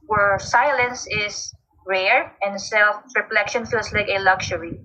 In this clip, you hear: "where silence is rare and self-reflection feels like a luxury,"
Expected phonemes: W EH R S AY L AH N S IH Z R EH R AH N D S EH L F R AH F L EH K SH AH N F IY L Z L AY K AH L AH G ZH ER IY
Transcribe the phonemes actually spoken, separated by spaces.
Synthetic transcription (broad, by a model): W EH R S AY L AH N S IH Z R EH R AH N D S EH L F R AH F L EH K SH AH N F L S L AY K AH L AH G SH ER IY